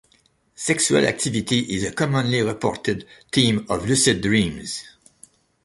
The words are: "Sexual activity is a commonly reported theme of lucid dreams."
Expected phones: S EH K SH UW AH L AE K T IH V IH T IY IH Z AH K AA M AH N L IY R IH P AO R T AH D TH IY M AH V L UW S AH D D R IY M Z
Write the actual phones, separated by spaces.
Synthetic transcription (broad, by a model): S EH K S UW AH L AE K T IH V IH T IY IH Z AH K AA M AH N L IY R IH P AO R T AH D T IY M AH V L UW S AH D D R IY M Z